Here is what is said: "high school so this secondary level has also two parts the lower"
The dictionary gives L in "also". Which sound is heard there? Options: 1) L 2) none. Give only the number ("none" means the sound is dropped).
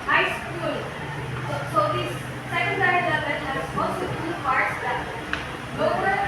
2